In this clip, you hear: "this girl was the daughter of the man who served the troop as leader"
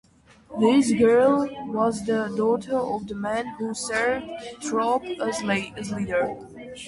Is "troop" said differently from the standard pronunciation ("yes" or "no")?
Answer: yes